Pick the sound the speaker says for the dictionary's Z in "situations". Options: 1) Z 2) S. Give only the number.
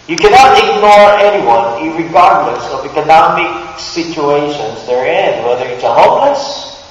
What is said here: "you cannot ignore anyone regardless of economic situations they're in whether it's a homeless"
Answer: 1